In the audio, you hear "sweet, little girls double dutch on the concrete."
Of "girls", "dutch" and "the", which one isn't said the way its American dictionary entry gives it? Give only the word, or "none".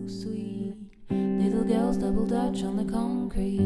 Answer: none